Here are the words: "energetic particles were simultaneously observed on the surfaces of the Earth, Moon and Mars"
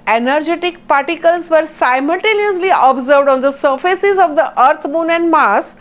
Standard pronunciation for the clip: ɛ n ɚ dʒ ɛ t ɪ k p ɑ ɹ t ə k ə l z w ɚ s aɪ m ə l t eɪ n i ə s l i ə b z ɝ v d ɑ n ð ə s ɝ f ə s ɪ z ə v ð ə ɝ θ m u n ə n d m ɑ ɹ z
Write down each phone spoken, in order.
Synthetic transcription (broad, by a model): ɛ n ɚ dʒ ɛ t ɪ k p ɑ ɹ t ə k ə l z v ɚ s aɪ m ə l t eɪ n i ə s l i ə b z ɝ v d ɑ n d ə s ɝ f ə s ɪ z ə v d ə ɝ t m u n ə n d m ɑ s